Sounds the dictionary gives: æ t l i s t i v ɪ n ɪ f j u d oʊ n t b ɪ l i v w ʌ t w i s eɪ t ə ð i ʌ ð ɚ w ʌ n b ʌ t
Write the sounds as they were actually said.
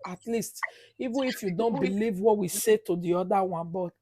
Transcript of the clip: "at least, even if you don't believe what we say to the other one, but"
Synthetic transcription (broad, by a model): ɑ t l i s t i v ɪ n ɪ f j u d oʊ n t b ɪ l i v w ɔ t w i s eɪ t ə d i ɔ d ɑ w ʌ n b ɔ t